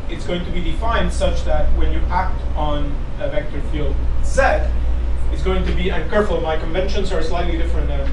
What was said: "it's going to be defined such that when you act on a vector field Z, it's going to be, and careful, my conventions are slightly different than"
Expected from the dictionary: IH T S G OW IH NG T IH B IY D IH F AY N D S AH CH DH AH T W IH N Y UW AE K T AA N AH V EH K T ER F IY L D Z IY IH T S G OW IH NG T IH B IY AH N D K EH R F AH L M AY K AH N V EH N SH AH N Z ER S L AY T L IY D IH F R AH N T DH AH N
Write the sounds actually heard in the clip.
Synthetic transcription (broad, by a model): IH T S G OW IH NG T IH B IY D IH F AY N D S AH CH DH AH T W IH N Y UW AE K T N AH V EH K T ER F IY L D S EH IH T S G OW IH NG T IH B IY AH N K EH R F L M AY K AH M V EH N SH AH N Z ER S L AY T L IY D IH F R AH N T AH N